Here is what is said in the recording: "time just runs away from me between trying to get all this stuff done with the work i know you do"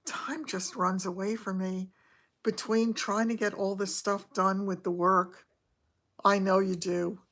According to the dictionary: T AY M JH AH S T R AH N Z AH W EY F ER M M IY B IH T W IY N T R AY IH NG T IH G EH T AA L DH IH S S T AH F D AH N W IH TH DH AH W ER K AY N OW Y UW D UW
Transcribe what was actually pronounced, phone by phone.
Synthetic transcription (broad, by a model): T AY M JH AH S T R AH N Z AH W EY F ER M M IY B IH T W IY N T R AY IH NG T IH G EH T AA L DH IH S S T AH F D AH N W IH DH AH W ER K AY N OW Y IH D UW